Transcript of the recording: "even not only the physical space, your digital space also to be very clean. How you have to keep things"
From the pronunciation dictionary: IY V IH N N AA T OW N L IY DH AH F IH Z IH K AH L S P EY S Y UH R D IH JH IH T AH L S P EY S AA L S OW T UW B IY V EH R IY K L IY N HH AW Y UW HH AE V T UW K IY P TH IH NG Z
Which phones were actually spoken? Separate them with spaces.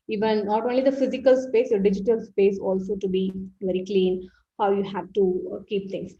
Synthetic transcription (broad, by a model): IY V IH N N AA T OW N L IY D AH F IH Z IH K AH L S P EY S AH D IH JH IH T AH L S P EY S AA L S OW T UW B IY V EH R IY K L IY N HH AW Y UW HH AE V T UW K IY P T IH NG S